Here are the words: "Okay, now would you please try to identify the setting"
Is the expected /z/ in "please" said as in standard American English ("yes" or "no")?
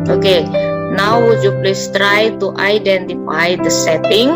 no